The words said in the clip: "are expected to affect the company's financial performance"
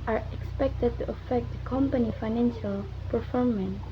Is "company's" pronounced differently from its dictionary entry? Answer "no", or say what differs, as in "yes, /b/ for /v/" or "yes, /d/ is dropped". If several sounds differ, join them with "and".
yes, /z/ is dropped